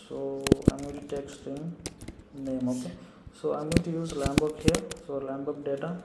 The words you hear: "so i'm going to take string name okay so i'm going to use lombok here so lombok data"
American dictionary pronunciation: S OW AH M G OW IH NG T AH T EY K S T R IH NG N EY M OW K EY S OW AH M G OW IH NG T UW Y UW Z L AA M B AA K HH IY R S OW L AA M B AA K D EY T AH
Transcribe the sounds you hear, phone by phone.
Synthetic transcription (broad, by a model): S OW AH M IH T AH T EY K S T IH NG N EY M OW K S OW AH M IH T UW Y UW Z L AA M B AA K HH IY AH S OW L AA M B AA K D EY T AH